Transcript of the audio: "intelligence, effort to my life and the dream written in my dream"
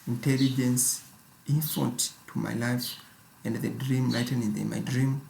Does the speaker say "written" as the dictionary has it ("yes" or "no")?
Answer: no